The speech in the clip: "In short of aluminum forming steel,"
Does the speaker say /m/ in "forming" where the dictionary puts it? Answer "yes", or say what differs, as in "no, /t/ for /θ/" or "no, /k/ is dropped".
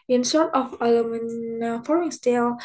no, /m/ is dropped